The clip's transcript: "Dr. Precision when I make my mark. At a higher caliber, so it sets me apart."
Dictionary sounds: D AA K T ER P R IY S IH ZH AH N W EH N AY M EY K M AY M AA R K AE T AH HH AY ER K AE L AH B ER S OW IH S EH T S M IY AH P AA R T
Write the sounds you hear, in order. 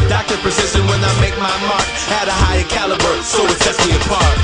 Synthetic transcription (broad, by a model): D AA K T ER P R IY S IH S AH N W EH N AY M EY K M AY M AA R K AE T AH HH AY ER K AE L AH B ER S OW IH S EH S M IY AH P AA R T